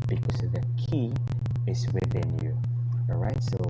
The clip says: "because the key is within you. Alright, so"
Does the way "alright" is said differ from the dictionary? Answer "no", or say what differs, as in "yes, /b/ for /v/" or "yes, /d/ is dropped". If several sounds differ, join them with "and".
yes, /l/ is dropped